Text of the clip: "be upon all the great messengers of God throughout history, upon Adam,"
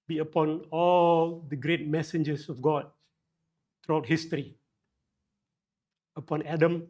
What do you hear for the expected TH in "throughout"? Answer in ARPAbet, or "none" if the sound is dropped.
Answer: T